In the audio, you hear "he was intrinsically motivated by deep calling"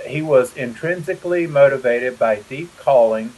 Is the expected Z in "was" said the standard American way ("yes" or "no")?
yes